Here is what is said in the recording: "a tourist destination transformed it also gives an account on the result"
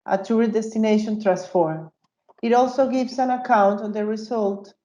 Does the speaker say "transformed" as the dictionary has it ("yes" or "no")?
no